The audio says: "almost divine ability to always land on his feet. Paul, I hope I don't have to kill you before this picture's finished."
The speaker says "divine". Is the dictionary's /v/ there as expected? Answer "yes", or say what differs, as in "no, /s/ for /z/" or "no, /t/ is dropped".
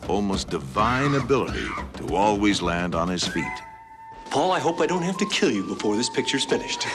yes